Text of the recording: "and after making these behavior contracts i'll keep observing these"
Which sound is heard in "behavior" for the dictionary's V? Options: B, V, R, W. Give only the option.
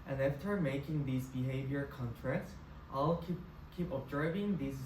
V